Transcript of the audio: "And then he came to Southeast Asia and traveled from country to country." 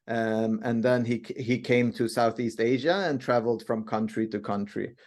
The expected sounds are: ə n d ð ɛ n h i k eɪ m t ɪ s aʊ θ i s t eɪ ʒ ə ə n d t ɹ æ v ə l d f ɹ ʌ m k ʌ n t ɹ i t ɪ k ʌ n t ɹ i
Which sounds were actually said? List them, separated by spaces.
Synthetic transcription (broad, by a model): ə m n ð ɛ n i i k eɪ m t ɪ s aʊ θ i s t eɪ ʒ ə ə n t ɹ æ v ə l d f ɹ ʌ m k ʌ n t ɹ i t ɪ k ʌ n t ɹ i